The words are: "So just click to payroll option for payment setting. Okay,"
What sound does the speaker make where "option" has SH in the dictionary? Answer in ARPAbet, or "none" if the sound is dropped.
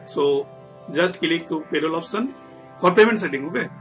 S